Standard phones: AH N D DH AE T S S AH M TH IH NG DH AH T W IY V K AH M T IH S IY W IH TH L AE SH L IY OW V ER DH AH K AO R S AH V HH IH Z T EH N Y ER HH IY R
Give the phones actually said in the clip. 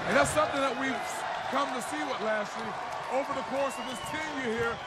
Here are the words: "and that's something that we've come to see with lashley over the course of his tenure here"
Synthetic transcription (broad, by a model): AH N DH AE T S S AH M TH IH NG DH AH T W IY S K AH M T IH S IY W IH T L AE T L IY OW V ER DH AH K AO R S AH V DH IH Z T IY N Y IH HH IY R